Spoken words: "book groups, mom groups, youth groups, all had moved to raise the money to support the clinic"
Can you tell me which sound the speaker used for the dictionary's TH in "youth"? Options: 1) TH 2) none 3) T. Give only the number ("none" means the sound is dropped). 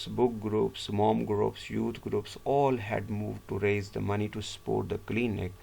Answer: 3